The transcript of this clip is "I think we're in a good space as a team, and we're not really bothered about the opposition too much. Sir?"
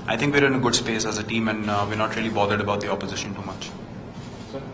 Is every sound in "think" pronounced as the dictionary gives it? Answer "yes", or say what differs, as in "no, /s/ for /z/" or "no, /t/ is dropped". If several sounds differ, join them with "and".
no, /t/ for /θ/